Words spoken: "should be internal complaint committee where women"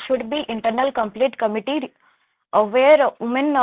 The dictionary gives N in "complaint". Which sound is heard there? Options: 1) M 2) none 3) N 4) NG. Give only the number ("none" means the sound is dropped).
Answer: 2